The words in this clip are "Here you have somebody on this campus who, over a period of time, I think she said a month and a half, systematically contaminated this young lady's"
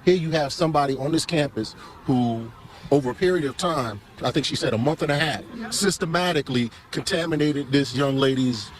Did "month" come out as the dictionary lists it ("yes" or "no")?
yes